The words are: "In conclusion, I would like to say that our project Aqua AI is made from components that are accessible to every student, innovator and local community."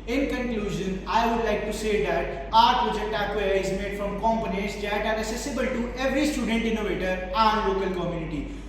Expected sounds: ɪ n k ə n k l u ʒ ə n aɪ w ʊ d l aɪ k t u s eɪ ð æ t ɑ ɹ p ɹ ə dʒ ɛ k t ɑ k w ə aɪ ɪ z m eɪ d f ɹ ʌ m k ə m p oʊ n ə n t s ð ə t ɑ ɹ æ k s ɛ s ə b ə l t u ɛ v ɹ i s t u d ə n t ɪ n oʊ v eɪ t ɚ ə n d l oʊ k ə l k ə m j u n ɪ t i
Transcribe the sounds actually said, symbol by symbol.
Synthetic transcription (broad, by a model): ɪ n k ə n k l u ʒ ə n aɪ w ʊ d l aɪ k t u s eɪ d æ t ɑ ɹ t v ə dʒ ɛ t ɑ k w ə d ɪ z m eɪ d f ɹ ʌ m k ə m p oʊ n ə t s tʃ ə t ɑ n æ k s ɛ s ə b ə l t u ɛ v ɹ i s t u d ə n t ɪ n oʊ v eɪ t ɚ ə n l oʊ k ə l k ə m j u n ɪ t i